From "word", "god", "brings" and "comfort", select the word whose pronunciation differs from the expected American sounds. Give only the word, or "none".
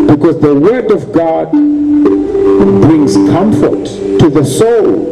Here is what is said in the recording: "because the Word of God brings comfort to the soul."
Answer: none